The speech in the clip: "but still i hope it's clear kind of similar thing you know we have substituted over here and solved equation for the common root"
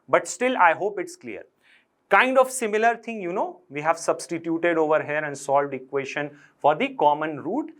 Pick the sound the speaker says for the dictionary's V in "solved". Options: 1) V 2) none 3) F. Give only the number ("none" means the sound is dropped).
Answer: 1